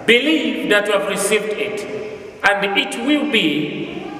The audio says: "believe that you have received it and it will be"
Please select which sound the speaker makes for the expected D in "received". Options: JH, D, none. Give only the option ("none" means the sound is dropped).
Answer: D